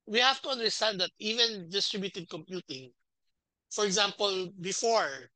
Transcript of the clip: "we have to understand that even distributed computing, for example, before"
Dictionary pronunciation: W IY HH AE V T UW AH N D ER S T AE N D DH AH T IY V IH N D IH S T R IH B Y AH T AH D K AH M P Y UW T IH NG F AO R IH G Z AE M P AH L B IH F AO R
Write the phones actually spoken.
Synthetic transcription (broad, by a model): W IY HH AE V T UW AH N D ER S T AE N D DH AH T IY V IH N D IH S T R IH B Y AH T AH D K AH M P Y UW T IH NG F AO R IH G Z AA M P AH L B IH F AO R